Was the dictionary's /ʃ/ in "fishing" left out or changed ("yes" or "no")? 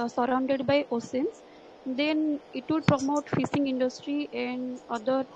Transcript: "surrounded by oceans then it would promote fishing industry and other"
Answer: yes